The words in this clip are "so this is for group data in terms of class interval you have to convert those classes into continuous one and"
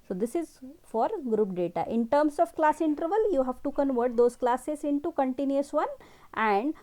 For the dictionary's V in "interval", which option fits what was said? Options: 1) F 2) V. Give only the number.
2